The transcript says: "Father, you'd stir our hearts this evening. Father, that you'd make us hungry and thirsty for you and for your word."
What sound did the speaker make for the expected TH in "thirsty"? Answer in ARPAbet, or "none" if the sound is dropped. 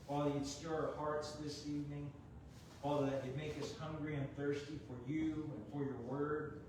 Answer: TH